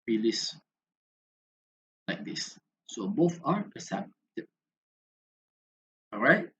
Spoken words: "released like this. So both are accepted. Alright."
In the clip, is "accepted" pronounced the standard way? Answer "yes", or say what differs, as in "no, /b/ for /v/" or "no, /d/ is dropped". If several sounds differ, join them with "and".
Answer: no, /k/ is dropped and /d/ is dropped